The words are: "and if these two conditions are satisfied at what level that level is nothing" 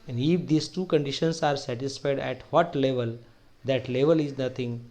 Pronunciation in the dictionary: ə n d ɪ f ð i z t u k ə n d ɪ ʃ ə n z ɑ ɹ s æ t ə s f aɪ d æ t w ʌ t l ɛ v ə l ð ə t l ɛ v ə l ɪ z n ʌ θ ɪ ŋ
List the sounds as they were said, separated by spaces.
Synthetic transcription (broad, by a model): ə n d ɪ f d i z t u k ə n d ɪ ʃ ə n s ɑ ɹ s æ t ə s f aɪ d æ t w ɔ t l ɛ v ə l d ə t l ɛ v ə l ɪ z n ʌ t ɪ ŋ